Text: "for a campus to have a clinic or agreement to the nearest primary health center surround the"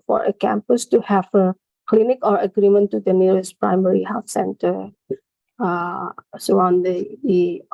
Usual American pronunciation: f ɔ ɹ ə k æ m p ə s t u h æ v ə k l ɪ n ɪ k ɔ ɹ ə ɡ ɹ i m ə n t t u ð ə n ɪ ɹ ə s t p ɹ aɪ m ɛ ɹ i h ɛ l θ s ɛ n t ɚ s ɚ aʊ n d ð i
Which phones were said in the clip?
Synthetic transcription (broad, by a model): f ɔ ɹ ə k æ m p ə s t u h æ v ə k l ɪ n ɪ k ɔ ɹ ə ɡ ɹ i m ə n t t u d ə n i ɹ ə s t p ɹ aɪ m ɛ ɹ i h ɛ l f s ɛ n t ɚ s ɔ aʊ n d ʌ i